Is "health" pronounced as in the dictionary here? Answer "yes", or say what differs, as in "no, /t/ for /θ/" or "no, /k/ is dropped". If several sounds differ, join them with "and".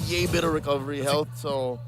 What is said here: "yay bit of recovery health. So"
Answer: yes